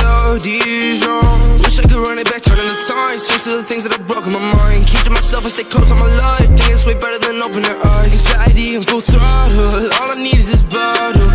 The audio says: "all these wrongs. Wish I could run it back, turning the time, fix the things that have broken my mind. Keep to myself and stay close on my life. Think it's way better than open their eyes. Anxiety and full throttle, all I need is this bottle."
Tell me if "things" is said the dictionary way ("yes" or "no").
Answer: yes